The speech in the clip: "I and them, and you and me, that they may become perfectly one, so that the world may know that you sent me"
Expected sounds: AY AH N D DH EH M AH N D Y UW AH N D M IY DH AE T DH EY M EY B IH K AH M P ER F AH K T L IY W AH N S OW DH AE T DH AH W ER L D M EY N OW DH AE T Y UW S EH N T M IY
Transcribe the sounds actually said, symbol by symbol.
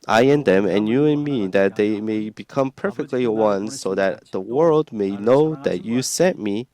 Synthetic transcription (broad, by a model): AY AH N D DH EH M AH N Y UW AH N M IY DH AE T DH EY M EY B IH K AH M P ER F AH K T L IY W AH N S OW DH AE T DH AH W ER L D M EY N OW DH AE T Y UW S EH T M IY